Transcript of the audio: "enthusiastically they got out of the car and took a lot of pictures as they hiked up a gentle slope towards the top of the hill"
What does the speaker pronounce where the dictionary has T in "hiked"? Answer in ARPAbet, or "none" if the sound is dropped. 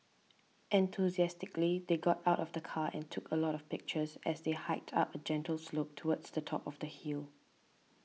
T